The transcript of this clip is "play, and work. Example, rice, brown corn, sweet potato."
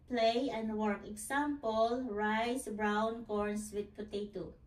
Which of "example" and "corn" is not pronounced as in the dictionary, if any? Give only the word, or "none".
example